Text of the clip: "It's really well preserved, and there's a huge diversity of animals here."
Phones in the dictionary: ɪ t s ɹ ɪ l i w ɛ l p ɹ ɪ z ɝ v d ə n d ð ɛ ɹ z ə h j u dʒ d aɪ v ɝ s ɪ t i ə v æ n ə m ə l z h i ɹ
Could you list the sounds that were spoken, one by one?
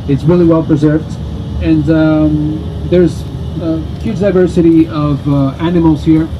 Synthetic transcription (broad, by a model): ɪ t s ɹ ɪ l i w ɛ l p ɹ ɪ z ɝ v d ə n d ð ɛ ɹ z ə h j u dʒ d aɪ v ɝ s ɪ t i ə v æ n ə m l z h i ɹ